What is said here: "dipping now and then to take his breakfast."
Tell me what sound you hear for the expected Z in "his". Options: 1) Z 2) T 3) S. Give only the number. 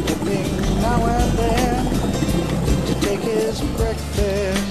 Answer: 1